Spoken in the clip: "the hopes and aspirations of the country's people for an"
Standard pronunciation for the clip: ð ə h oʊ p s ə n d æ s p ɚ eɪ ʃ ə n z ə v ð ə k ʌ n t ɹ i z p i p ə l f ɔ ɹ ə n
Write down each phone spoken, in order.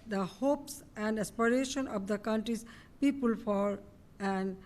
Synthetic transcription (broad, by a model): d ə h oʊ p s ə n d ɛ s p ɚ eɪ ʃ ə n ə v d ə k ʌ n t ɹ i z p i p ə l f ɔ ɹ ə n